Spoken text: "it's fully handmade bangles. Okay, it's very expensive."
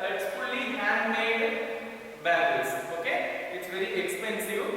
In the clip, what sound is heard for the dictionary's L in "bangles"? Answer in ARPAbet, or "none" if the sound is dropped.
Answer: none